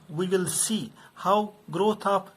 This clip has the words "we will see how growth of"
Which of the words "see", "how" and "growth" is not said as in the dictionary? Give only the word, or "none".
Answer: growth